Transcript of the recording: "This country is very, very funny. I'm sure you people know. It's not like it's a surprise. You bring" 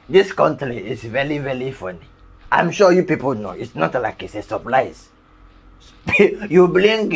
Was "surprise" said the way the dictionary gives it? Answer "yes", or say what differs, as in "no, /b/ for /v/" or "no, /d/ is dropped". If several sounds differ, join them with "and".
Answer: no, /l/ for /ɹ/